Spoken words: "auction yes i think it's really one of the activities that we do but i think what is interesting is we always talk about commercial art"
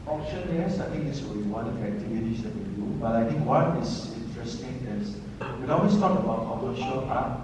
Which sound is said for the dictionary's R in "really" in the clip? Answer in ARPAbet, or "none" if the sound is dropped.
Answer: W